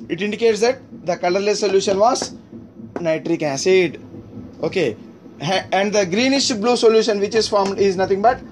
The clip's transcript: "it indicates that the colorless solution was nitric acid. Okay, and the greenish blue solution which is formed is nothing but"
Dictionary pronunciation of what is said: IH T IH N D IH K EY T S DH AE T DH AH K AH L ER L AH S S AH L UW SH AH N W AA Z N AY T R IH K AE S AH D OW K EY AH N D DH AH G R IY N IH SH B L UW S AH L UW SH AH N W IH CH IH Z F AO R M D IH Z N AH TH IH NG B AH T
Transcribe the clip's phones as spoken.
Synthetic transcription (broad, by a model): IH T IH N D IH K EY T S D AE T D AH K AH L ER L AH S S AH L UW SH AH N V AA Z N AY T R IH K AE S AH D OW K EY AH N D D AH G R IY N IH SH B L UW S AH L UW SH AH N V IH CH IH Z F AO R M D IH Z N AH T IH NG B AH T